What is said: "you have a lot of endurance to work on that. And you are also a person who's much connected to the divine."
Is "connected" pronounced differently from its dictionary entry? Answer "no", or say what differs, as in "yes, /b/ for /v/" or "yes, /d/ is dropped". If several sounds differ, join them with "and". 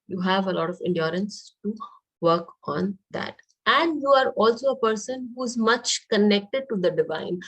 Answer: no